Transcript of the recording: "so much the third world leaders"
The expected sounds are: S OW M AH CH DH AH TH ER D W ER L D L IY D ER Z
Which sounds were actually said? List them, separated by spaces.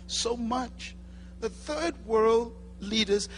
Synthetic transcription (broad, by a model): S OW M AH CH DH AH TH ER D W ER L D L IY D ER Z